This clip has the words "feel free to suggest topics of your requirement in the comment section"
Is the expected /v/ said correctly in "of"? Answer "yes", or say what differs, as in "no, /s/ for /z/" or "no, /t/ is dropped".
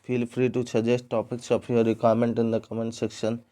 no, /p/ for /v/